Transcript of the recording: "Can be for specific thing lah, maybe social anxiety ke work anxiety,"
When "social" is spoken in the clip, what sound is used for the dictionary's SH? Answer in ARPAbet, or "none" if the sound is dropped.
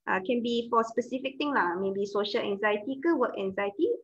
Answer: SH